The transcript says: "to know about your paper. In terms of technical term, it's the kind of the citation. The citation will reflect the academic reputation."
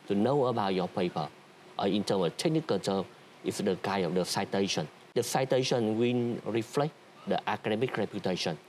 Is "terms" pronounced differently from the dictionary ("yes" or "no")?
yes